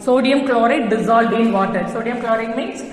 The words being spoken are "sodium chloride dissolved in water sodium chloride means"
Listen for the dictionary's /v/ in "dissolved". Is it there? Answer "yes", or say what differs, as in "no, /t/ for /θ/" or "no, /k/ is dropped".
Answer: no, /v/ is dropped